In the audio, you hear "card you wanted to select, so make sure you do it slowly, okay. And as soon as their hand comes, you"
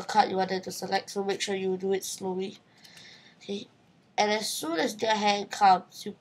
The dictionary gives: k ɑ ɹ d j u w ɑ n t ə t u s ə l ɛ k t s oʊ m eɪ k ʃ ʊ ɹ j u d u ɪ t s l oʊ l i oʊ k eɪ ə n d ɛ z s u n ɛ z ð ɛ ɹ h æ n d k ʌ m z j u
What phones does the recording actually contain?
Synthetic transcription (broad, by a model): k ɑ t j u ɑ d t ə t u s ə l ɛ k t s oʊ m eɪ k ʃ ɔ j u d u ɪ t s l oʊ l i oʊ k eɪ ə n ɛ s u n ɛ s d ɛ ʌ h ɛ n k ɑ m s j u